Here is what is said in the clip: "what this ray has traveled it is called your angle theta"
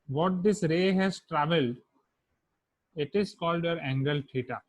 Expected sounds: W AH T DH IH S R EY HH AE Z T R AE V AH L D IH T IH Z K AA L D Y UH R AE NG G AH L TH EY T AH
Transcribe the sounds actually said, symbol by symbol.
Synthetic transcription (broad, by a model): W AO T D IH S R EY HH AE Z T R AE V AH L D IH T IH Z K AA L D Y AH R AE NG G AH L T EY T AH